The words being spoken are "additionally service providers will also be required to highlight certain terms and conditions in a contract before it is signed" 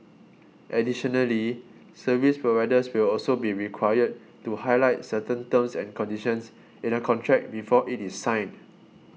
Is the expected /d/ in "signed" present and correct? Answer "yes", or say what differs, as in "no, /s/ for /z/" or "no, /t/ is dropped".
no, /d/ is dropped